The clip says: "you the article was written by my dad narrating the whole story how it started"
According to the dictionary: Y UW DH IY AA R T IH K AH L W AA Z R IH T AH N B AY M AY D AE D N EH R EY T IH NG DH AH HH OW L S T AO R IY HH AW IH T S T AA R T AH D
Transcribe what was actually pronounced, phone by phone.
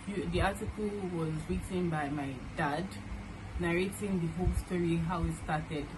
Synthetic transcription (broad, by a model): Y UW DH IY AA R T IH K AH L W AA Z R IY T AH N B AY M AY D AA D N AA R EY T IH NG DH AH HH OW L S T AO R IY HH AW IH T S T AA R T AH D